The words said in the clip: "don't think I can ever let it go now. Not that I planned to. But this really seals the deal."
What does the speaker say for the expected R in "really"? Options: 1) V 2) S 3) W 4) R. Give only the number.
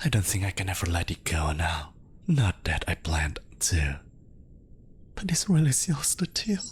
3